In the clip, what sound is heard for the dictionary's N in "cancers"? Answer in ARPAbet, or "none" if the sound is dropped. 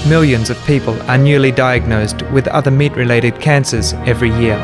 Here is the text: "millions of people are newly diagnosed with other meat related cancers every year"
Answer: N